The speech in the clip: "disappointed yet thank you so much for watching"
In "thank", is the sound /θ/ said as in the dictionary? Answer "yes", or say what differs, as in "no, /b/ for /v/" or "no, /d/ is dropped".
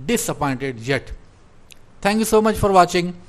no, /t/ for /θ/